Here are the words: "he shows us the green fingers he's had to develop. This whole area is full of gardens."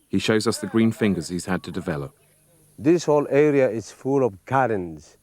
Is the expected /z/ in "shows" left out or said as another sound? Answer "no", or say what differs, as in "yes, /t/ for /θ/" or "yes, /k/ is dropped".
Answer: no